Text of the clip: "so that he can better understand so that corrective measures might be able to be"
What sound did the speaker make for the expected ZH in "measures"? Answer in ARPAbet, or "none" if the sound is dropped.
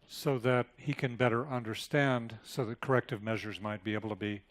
ZH